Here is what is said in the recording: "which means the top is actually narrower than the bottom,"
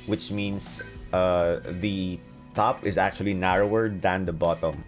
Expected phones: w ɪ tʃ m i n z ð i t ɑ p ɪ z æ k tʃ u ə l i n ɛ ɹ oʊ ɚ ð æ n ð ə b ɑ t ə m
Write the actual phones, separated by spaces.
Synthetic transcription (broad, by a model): w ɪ tʃ m i n s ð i t ɑ p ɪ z æ k tʃ u ə l i n ɛ ɹ oʊ ɚ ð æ n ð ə b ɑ t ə m